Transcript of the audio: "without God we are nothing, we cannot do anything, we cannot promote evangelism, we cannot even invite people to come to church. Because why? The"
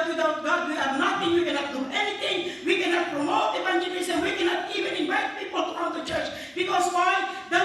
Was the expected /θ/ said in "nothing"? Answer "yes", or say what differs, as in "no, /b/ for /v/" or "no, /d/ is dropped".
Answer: no, /t/ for /θ/